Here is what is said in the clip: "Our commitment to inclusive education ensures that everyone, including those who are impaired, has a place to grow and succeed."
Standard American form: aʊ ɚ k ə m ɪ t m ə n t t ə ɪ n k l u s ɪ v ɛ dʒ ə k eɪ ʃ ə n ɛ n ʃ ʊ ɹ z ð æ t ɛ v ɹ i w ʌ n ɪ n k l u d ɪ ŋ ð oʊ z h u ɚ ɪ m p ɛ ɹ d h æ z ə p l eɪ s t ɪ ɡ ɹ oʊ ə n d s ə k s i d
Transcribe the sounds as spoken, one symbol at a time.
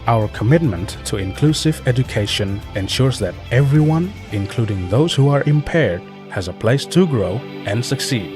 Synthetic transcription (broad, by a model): aʊ ɚ k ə m ɪ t m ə n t t ə ɪ n k l u s ɪ v ɛ dʒ ə k eɪ ʃ ə n ɛ n ʃ ʊ ɹ z ð æ t ɛ v ɹ i w ʌ n ɪ n k l u d ɪ ŋ ð oʊ z h u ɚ ɪ m p ɛ ɹ d h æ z ə p l eɪ s t ɪ ɡ ɹ oʊ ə n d s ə k s i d